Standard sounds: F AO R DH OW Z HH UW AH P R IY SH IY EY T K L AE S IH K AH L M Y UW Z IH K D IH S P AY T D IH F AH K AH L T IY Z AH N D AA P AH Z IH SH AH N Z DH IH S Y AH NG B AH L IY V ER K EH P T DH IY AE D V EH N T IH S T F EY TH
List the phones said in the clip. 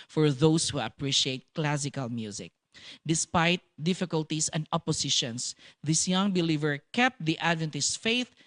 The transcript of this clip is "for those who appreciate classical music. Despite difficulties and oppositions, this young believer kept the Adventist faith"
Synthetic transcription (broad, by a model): F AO R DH OW S HH UW AH P R IY SH IY EY T K L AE S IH K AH L M Y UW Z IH K D IH S P AY T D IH F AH K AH L T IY S AH N D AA P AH S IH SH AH N S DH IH S Y AH NG B AH L IY V ER K EH P T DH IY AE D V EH N T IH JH F EY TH